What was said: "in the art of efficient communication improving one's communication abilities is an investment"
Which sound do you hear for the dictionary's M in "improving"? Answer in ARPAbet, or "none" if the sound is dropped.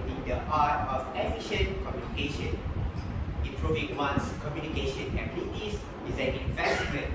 none